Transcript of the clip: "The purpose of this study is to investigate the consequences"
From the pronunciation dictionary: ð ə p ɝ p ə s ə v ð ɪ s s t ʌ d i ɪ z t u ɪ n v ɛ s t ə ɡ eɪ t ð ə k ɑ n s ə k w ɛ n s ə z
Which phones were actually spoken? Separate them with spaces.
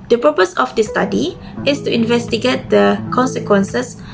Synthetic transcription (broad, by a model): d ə p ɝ p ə s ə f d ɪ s s t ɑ d i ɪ s t u ɪ n v ɛ s t ə ɡ eɪ t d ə k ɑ n s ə k w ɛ n s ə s